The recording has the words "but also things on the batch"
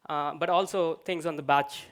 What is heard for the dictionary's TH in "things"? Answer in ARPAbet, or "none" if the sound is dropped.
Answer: T